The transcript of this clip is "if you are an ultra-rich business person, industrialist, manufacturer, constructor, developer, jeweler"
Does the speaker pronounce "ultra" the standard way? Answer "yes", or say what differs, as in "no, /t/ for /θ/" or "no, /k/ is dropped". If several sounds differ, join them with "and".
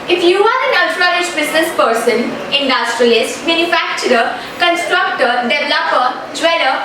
no, /l/ is dropped